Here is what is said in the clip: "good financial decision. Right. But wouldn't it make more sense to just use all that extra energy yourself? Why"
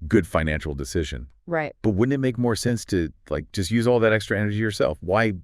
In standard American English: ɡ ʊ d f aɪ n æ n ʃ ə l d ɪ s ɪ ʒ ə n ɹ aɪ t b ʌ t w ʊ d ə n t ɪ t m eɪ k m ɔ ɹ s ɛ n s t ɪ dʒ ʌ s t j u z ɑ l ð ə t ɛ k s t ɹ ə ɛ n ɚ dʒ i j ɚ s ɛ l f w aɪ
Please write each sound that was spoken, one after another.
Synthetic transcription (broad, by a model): ɡ ʊ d f aɪ n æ n ʃ l d ɪ s ɪ ʒ ə n ɹ aɪ t b ʌ t w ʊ d n ɪ t m eɪ k m ɔ ɹ s ɛ n s t ɪ dʒ ʌ s t j u z ɑ l ð ə t ɛ k s t ɹ ə ɛ n ɚ dʒ i j ɚ s ɛ l f w aɪ